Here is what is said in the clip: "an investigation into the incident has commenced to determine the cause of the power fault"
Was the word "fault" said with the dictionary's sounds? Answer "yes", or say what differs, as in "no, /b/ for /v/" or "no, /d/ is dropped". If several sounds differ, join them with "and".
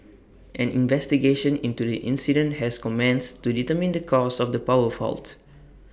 yes